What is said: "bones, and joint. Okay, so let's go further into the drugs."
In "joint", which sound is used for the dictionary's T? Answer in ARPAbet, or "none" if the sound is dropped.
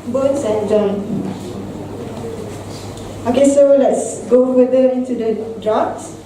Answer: none